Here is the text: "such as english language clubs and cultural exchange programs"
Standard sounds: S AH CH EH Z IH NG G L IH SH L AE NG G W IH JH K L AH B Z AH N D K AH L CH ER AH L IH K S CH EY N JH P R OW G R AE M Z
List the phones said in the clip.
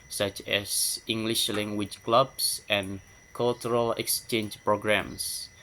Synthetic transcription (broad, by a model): S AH CH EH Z IH NG G L IH SH L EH NG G W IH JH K L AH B S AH N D K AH L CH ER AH L IH K S CH EY N JH P R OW G R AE M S